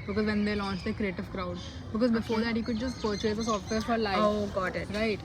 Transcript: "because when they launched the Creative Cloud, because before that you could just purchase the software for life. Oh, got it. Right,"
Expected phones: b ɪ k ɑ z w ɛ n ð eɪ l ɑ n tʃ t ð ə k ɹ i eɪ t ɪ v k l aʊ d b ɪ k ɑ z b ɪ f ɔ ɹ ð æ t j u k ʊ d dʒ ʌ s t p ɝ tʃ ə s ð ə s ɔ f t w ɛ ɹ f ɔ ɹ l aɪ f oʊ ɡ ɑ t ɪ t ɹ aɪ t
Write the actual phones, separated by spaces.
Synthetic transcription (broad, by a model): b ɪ k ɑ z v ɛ n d eɪ l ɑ n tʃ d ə k ɹ i eɪ t ɪ v k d aʊ d b ɪ k ɑ z b ɪ f ɔ ɹ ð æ t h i k ʊ d dʒ ʌ s t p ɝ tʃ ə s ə s ɔ f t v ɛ ɹ f ɔ ɹ l aɪ oʊ ɡ ɑ t ɪ t ɹ aɪ t